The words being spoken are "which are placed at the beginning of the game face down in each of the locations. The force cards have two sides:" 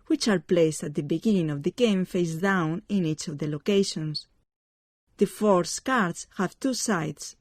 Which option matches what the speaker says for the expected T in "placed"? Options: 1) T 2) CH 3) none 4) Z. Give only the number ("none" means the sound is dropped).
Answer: 1